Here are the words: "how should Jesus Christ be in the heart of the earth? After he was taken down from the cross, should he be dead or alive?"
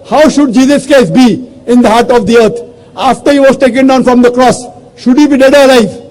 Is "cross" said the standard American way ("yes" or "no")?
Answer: yes